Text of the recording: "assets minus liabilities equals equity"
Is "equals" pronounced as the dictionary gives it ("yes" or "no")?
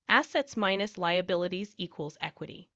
yes